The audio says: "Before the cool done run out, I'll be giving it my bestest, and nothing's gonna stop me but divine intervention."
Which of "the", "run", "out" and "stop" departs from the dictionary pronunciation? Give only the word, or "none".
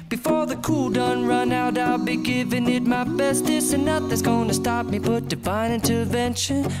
none